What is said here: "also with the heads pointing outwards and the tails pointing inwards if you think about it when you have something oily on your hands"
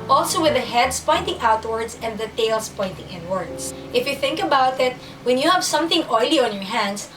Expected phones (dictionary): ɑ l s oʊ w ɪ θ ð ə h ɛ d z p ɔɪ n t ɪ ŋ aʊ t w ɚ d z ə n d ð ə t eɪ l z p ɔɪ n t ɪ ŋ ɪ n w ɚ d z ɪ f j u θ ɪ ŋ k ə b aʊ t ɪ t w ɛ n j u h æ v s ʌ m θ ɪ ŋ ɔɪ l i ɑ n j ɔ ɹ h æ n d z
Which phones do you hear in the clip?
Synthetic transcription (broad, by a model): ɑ l s oʊ w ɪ ð ə h ɛ d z p ɔɪ n t ɪ ŋ aʊ t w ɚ d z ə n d ð ə t eɪ l s p ɔɪ n t ɪ ŋ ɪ n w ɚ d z ɪ f j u θ ɪ ŋ k ə b aʊ t ɪ t w ɛ n j u h æ v s ʌ m θ ɪ ŋ ɔɪ l i ɑ n j ɔ ɹ h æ n d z